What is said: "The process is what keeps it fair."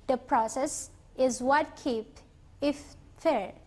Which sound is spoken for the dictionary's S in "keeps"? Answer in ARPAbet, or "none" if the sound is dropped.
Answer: none